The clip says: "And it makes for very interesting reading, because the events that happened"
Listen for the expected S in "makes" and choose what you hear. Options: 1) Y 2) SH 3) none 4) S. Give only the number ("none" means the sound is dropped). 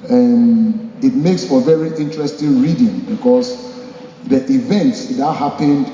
4